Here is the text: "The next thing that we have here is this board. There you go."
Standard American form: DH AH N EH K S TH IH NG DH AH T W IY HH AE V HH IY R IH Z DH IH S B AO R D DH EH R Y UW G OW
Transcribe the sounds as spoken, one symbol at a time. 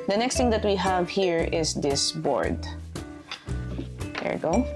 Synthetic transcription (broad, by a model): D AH N EH K S T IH NG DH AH T W IY HH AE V HH IY R IH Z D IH S B AO R D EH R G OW